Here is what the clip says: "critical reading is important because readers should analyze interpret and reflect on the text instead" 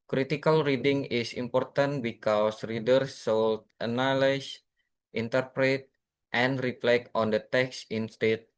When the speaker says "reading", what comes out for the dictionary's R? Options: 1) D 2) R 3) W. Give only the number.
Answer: 2